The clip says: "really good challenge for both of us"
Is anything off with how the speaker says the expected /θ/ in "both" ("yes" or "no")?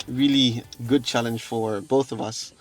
no